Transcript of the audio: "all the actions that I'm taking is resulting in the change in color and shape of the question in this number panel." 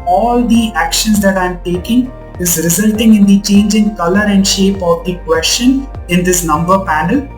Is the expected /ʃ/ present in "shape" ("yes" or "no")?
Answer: yes